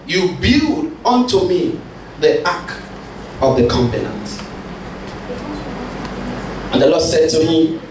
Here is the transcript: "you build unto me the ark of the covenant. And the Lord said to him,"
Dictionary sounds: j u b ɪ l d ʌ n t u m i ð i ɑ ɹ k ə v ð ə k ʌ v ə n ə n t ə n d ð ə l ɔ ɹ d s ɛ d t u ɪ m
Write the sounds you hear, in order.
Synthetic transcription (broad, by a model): j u b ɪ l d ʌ n t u m i ð i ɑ k ə v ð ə k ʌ p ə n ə n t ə n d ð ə l ɔ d s ɛ d t u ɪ m